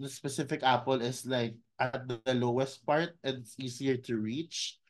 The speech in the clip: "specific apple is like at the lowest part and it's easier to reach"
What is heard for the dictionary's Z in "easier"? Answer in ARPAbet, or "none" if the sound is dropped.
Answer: S